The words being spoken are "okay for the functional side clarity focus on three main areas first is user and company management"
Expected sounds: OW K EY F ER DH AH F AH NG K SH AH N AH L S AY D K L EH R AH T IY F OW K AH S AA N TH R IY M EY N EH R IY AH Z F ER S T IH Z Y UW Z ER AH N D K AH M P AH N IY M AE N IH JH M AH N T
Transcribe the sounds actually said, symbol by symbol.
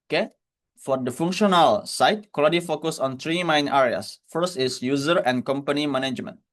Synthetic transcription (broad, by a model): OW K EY F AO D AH F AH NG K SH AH N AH L S AY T K AO L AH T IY F OW K AH S AA N T R IY M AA N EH R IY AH S F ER S T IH S Y UW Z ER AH N K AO M P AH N IY M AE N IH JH M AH N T